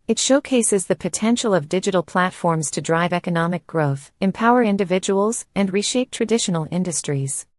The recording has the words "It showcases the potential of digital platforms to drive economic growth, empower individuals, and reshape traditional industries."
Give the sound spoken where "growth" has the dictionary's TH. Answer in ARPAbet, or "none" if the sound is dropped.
TH